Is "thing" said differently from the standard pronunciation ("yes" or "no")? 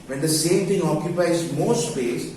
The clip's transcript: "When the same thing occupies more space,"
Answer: yes